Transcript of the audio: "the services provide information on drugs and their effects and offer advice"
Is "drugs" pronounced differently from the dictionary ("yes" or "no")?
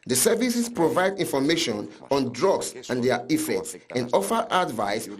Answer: yes